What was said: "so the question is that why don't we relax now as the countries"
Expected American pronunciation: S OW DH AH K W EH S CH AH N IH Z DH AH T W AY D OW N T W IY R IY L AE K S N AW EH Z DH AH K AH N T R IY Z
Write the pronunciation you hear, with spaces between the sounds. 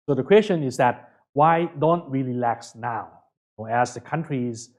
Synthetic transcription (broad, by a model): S OW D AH K W EH S CH AH N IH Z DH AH T W AY D OW N T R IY L IY L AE K S N AW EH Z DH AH K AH N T R IY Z